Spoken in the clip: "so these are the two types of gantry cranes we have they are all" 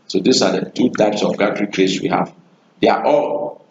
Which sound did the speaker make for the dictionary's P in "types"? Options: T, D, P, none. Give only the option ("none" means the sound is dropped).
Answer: P